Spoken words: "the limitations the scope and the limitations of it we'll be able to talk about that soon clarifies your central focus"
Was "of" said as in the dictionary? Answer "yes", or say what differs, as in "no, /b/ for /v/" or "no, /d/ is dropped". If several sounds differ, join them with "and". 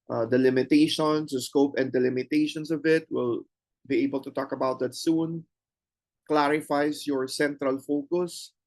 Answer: yes